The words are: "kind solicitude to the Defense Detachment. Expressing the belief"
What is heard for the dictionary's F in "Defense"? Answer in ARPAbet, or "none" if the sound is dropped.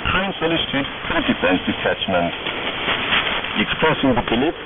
none